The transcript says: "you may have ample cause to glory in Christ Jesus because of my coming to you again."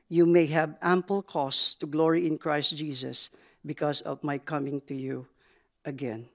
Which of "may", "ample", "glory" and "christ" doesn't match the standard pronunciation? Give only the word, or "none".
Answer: none